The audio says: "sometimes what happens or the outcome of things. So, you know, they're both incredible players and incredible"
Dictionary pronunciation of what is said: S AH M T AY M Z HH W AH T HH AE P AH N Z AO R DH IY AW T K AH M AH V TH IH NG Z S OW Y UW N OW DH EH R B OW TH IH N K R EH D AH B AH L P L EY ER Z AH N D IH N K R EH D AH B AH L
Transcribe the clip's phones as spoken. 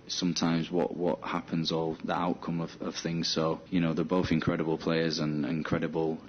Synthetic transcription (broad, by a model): S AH M T AY M Z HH W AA T HH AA P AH N Z AO L DH IY AW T K AH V AH V TH IH NG Z S OW Y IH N OW DH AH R B OW TH IH N K R EH D AH B AH L P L EY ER Z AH N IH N K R EH D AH B AH L